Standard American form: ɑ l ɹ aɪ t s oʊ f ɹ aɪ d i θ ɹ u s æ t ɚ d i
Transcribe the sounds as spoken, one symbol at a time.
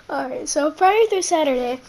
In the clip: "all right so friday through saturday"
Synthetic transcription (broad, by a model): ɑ ɹ aɪ t s oʊ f ɹ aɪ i t ɹ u s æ t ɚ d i